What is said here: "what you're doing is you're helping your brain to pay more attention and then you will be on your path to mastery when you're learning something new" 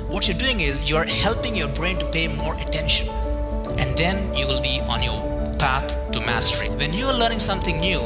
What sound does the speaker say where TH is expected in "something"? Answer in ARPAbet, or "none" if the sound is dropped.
T